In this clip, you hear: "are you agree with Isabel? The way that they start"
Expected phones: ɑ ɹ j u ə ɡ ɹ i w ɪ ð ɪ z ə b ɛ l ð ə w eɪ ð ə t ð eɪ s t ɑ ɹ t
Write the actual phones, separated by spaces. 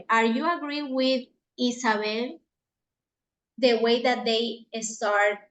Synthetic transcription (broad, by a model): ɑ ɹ j u ə ɡ ɹ i w ɪ ð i s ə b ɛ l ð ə w eɪ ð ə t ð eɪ s t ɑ ɹ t